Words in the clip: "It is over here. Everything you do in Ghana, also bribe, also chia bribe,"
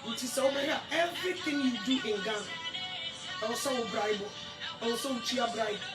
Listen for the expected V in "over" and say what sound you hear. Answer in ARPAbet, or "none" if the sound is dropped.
B